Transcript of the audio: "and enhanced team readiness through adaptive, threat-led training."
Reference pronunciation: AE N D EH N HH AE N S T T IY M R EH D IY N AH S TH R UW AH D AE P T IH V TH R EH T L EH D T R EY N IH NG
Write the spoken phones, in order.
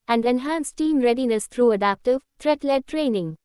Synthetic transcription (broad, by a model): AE N D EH N HH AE N S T T IY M R EH D IY N AH S T R UW AH D AE P T IH V T R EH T L EH D T R EY N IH NG